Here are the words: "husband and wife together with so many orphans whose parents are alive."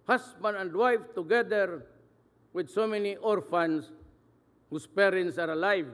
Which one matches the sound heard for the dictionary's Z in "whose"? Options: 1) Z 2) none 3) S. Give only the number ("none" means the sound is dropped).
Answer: 3